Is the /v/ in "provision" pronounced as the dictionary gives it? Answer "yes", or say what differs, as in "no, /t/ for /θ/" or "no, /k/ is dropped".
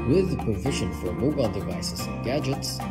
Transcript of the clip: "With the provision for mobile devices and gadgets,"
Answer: yes